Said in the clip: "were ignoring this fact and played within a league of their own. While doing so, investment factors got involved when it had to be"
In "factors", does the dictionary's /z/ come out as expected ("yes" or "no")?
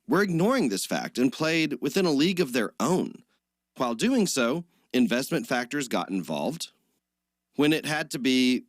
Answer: yes